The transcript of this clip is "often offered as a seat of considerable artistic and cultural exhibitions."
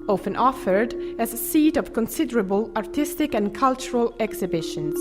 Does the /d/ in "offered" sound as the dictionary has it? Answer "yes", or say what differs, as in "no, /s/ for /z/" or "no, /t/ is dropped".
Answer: yes